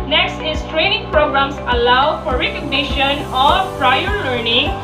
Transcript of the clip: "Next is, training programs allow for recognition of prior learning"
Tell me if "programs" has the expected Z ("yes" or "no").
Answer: no